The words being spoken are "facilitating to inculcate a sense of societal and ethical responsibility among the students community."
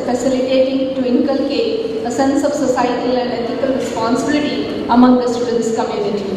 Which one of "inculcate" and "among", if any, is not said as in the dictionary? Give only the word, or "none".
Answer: inculcate